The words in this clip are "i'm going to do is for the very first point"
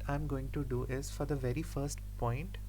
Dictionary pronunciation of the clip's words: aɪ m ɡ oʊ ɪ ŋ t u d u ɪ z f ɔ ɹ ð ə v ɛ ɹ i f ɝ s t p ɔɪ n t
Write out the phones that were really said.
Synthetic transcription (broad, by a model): aɪ m ɡ oʊ ɪ ŋ t u d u ɪ z f ɔ ɹ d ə v ɛ ɹ i f ɝ s t p ɔɪ n t